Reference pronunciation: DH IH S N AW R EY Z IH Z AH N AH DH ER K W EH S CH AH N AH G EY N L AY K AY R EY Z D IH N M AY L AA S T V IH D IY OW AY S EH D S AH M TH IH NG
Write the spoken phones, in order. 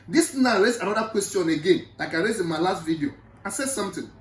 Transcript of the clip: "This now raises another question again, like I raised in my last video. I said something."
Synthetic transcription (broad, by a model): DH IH S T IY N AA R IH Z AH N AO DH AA K W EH S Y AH N AH G EY N L AY K AY R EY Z IH N M AY L AA S T V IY D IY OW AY S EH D S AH M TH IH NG